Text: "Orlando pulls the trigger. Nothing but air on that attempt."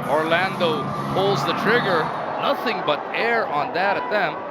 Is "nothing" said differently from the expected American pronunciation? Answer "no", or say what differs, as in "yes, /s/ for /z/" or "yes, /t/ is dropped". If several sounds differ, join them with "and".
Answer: no